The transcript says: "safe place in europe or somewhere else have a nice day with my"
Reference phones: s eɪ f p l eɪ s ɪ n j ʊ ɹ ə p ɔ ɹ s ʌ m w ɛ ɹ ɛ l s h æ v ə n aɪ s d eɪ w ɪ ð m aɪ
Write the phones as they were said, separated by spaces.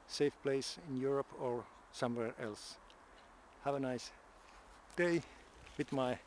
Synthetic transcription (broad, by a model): s eɪ f p l eɪ s ɪ n j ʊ ɹ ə p ɔ ɹ s ʌ m w ɛ ɹ ɛ l s h æ v ə n aɪ s d eɪ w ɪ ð m aɪ